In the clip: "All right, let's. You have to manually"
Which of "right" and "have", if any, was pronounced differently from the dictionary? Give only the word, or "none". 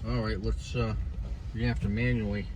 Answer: have